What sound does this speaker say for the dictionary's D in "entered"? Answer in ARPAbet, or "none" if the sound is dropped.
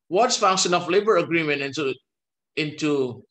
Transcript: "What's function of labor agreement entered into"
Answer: none